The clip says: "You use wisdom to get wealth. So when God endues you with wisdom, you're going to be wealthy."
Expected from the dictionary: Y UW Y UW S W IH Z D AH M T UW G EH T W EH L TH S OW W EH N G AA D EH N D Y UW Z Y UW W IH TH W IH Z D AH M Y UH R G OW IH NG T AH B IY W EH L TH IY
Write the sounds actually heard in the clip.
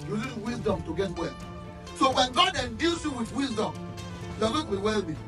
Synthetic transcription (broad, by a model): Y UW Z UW W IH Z D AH M T UW G EH T W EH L S OW W EH N G AA D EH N D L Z Y UW W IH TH W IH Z D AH M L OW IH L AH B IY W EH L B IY